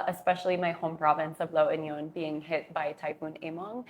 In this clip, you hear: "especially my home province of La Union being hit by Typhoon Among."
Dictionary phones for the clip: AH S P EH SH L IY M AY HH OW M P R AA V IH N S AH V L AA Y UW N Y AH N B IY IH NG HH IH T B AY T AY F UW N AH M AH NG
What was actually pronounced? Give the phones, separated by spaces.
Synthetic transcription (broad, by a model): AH S P EH SH L IY M AY HH OW M P R AA V IH N S AH V L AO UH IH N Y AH N B IY IH NG HH IH T B AY T AY P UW N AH M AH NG